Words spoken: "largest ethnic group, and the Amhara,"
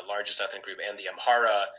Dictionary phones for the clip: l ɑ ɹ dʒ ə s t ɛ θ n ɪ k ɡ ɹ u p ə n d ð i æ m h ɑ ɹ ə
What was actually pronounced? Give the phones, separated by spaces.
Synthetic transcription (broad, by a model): l ɑ ɹ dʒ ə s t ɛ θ ɪ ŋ ɡ ɹ u p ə n ð i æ m h ɑ ɹ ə